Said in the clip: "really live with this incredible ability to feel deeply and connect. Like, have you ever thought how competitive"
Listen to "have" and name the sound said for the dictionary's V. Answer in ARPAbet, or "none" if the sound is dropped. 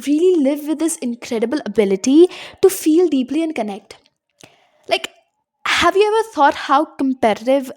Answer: V